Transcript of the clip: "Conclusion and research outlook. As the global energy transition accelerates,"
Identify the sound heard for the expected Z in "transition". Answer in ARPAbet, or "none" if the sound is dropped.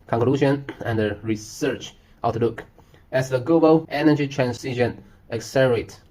S